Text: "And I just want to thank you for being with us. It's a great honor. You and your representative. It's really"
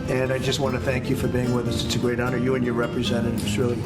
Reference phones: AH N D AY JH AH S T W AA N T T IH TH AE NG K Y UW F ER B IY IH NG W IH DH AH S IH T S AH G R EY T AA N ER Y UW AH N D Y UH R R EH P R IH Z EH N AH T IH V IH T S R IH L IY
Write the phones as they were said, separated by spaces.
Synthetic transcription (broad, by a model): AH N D AY JH AH S T W AA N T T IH TH AE NG K Y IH F ER B IY IH NG W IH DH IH S IH T S AH G R EY T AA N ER Y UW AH N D Y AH R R EH P R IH Z EH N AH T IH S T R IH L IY